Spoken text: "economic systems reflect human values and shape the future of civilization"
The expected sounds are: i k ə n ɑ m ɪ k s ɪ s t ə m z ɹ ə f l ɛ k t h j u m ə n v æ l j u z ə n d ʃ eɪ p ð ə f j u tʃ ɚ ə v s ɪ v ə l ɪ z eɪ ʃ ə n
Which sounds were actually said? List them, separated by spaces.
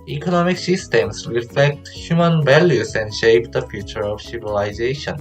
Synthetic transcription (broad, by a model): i k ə n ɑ m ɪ k s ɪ s t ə m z ɹ ə f l ɛ k t h j u m ə n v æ l j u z ə n d ʃ eɪ p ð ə f j u tʃ ɚ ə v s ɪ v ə l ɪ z eɪ ʃ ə n